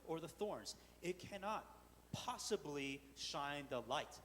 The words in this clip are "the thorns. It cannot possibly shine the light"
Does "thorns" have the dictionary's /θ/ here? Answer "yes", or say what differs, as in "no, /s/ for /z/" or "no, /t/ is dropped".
yes